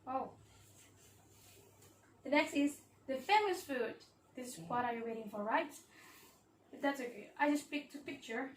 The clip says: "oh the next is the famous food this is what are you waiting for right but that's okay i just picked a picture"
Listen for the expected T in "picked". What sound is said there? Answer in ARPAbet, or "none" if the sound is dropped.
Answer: T